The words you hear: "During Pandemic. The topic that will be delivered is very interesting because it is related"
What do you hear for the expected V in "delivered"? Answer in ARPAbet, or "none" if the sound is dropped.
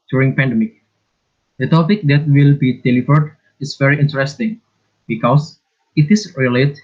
F